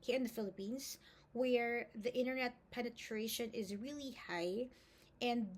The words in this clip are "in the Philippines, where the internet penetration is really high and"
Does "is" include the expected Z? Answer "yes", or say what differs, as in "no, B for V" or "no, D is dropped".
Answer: yes